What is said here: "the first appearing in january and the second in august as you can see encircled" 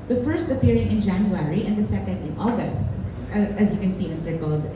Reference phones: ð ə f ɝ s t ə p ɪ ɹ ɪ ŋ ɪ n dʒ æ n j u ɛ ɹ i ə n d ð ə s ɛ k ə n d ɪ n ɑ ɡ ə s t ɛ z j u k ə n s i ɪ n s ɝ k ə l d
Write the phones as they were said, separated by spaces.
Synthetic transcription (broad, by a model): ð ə f ɝ s t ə p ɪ ɹ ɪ ŋ ɪ n dʒ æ n j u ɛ ɹ i ə n d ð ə s ɛ k ə n d ɪ n ɑ ɡ ə s t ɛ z j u k ə n s i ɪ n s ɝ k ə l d